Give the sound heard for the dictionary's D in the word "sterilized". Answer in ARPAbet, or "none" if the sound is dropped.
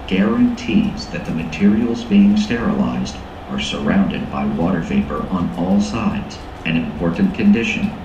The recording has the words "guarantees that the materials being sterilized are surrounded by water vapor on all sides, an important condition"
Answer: D